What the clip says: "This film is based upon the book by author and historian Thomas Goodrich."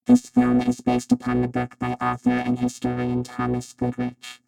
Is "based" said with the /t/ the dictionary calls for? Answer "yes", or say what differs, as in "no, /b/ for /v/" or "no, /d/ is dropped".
yes